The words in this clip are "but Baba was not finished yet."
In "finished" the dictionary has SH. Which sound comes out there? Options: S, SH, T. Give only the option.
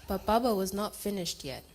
SH